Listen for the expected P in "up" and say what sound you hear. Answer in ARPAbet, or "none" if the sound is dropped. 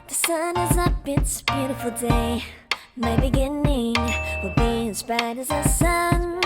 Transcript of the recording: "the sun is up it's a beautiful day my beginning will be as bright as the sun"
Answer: B